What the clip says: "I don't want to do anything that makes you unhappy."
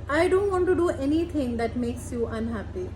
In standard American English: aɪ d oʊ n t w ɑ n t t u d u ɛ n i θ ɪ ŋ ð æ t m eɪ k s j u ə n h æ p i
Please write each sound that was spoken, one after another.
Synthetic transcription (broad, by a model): aɪ d oʊ n t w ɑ n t t u d u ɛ n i t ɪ ŋ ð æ t m eɪ k s j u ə n h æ p i